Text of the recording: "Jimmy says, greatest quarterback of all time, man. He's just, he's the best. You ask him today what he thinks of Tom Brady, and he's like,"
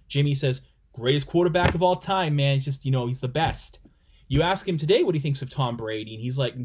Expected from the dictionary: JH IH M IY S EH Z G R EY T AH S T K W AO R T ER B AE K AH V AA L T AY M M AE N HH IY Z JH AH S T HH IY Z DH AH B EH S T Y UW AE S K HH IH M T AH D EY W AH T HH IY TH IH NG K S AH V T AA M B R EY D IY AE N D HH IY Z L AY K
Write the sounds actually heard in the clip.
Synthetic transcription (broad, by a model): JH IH M IY S EH Z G R EY T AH S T K W AO R T ER B AE K AH V AA L T AY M M AE N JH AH S T HH IY Z DH AH B EH S T Y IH AE S K HH IH M T AH D EY W AH T HH IY TH IH NG K S AH V T AA M B R EY D IY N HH IY Z L AY K